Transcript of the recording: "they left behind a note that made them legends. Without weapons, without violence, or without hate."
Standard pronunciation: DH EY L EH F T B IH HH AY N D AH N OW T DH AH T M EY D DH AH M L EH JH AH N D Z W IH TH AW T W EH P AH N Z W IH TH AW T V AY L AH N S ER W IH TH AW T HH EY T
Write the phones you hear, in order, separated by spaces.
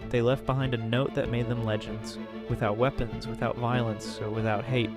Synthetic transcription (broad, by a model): DH EY L EH F T B IH HH AY N D AH N OW T DH AH T M EY D DH AH M L EH JH AH N D Z W IH TH AW T W EH P AH N Z W IH TH AW T V AY L AH N S W IH TH AW T HH EY T